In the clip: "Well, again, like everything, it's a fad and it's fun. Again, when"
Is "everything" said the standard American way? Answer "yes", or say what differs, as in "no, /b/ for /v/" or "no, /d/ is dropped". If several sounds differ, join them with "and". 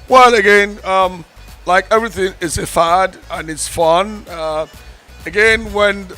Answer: yes